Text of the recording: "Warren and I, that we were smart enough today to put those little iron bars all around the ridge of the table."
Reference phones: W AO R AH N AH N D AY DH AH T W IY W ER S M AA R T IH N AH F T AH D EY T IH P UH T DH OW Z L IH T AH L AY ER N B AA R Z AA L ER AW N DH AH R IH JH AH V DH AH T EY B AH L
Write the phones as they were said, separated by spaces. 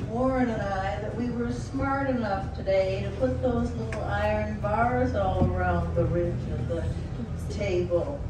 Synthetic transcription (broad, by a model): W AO R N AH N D AY DH AH T W IY W ER S M AA R T IH N AH F T AH D EY T IH P UH T DH OW Z L IH T L AY ER N B AA R Z AA L ER AW N DH AH R IH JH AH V DH AH T EY B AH L